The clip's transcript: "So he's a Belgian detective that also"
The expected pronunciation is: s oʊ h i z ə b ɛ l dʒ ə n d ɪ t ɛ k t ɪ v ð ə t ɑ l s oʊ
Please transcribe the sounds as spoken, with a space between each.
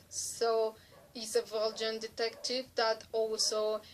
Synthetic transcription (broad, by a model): s oʊ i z ə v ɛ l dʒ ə n d ɪ t ɛ k t ɪ v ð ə t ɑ l s oʊ